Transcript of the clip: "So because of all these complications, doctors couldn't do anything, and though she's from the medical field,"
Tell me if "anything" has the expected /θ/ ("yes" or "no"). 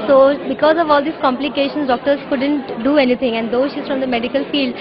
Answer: no